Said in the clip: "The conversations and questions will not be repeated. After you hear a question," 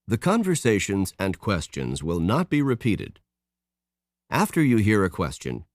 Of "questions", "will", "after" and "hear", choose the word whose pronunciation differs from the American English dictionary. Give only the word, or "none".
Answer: none